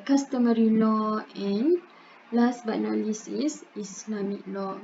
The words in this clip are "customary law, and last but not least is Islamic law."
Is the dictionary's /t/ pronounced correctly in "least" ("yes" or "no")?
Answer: no